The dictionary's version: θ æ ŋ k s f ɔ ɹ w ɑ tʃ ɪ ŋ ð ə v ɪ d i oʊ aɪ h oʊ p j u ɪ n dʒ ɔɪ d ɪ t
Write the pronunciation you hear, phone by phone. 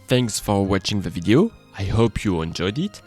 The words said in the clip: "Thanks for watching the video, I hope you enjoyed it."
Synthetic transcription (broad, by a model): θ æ ŋ k s f ɔ ɹ w ɑ tʃ ɪ ŋ ð ə v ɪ d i oʊ aɪ h oʊ p j u ɪ n dʒ ɔɪ d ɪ t